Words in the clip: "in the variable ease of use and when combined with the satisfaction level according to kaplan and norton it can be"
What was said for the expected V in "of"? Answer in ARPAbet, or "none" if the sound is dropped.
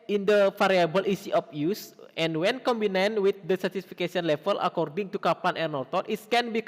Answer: P